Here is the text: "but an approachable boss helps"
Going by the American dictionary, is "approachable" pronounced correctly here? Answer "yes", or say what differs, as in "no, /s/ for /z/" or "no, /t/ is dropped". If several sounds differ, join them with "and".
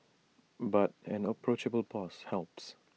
yes